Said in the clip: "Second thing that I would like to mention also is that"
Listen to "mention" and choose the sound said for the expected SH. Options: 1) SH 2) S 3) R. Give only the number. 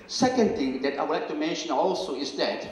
1